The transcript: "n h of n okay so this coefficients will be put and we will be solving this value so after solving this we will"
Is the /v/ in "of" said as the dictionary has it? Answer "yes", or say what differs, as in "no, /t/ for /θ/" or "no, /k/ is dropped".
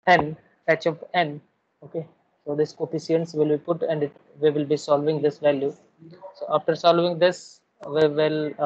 no, /p/ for /v/